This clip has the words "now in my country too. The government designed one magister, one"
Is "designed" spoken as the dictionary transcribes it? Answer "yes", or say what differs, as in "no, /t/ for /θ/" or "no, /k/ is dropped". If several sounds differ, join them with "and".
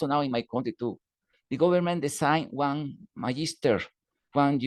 no, /s/ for /z/